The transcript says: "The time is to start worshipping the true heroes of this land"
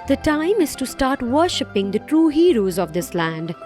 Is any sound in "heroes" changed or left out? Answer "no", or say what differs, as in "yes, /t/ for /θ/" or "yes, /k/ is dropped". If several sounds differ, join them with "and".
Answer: no